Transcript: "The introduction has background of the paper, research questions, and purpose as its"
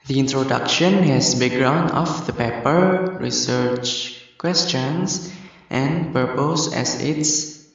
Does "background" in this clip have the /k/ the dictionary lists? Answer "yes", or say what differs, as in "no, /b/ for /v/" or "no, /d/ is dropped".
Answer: no, /k/ is dropped